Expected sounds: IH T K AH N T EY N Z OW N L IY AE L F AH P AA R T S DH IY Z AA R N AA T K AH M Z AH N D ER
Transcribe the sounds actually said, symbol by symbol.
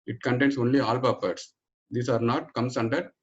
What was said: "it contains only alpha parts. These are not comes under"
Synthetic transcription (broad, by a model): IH T K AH N T EY N S OW N L IY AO L P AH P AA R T S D IY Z AA R N AA T K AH M S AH N D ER